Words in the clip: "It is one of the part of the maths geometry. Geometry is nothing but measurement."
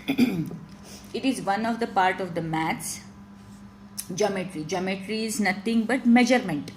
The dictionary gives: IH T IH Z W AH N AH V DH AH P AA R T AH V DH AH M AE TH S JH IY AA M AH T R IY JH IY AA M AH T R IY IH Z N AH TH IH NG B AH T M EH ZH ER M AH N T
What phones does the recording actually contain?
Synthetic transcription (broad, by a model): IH T IH Z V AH N AH V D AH P AA R T AH V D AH M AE T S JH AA M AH T R IY JH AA M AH T R IY IH Z N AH T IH NG B AH T M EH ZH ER M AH N T